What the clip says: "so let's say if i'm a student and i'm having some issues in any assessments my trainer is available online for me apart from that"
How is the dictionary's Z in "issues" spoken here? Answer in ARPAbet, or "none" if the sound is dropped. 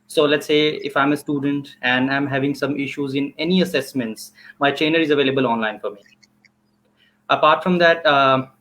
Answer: Z